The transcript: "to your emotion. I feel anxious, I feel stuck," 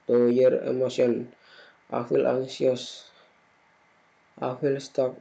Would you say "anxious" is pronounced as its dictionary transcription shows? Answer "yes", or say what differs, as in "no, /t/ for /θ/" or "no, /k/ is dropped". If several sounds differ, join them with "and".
no, /s/ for /ʃ/